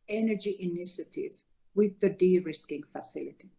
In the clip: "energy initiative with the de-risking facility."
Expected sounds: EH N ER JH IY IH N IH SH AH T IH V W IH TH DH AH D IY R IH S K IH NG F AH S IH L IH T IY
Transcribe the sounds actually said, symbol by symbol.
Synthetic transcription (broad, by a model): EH N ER JH IY IH N IH SH AH T IH V W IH DH AH D IY R IH S K IH NG F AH S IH L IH T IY